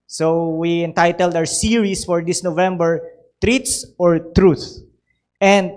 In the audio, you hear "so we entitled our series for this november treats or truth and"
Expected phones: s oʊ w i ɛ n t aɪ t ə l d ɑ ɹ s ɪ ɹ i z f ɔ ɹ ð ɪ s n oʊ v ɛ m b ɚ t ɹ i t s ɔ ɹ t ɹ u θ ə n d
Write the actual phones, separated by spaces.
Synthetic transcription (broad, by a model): s oʊ w i ɛ n t aɪ t ə l d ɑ w s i ɹ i s f ɔ ɹ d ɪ s n oʊ v ɛ m b ɚ t ɹ i t s ɔ ɹ t ɹ u θ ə n d